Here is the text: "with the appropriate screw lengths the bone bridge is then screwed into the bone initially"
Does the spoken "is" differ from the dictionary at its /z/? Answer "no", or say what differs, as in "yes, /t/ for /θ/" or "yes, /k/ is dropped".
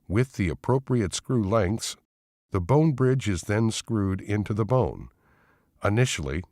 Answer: no